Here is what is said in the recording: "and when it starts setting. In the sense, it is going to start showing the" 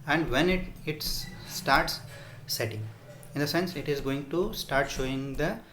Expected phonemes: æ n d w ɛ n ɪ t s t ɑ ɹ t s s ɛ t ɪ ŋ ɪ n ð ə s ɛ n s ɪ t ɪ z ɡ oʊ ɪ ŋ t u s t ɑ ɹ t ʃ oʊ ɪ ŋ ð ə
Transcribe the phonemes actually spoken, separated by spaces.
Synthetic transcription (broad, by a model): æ n d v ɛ n ɪ t s t ɑ ɹ t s s ɛ t ɪ ŋ ɪ n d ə s ɛ n s ɪ t ɪ z ɡ oʊ ɪ ŋ t u s t ɑ ɹ t ʃ oʊ ɪ ŋ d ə